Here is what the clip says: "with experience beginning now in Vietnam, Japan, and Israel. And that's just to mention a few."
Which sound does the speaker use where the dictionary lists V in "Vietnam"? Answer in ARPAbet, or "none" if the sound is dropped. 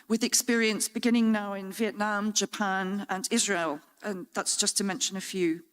V